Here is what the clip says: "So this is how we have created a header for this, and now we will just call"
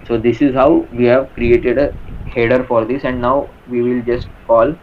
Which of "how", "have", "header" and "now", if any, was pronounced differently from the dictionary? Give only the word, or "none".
none